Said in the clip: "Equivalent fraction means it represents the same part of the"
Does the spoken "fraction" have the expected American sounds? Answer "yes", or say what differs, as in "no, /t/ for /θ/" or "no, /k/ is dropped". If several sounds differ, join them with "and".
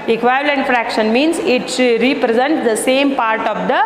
yes